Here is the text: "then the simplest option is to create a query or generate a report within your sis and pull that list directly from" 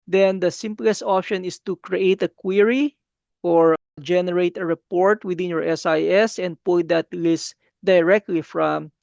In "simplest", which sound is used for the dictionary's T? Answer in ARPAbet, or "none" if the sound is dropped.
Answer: T